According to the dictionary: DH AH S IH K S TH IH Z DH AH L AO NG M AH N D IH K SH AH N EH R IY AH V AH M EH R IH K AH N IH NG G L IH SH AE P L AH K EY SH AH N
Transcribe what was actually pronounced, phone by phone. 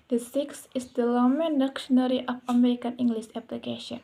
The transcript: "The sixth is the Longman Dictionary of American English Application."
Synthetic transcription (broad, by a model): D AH S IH K S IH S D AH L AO M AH N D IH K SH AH N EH R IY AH F AH M EH R IH K AH N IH NG G L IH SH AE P L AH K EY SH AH N